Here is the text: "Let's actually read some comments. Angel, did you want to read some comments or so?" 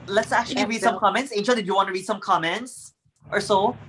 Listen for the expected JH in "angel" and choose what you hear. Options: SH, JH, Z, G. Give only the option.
SH